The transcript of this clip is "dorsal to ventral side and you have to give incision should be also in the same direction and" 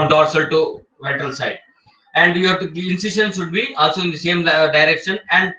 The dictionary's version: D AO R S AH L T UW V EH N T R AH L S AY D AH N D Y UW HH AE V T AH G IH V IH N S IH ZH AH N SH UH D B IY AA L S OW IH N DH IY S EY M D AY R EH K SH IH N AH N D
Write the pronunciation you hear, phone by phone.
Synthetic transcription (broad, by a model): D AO R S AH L T UW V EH T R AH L S AY D AH N D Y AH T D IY IH N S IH SH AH N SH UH D B IY AA L S OW IH N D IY S EY M D AY R EH K SH IH N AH N D